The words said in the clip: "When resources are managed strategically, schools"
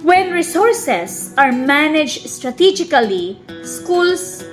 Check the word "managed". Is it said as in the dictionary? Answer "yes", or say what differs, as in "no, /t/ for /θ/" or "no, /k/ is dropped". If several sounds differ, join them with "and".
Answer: yes